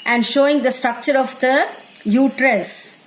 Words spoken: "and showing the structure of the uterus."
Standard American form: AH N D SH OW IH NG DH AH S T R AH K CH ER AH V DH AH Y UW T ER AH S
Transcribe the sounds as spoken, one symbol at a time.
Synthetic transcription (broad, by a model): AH N D SH OW IH NG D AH S T R AH K CH ER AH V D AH Y UW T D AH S